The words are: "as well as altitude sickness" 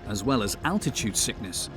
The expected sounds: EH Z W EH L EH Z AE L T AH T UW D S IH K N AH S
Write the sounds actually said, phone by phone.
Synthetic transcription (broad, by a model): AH Z W EH L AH Z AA L T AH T UW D S IH K N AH S